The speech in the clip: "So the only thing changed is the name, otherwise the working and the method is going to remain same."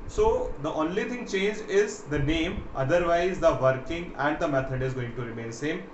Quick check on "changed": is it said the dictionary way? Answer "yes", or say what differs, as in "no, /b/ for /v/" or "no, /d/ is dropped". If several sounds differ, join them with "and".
no, /d/ is dropped